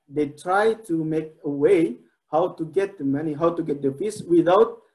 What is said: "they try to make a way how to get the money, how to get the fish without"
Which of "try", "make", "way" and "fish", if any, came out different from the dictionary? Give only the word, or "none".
fish